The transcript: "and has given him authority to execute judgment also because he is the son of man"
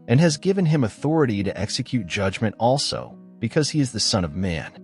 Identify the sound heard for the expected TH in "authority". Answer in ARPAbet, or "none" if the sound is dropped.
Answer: TH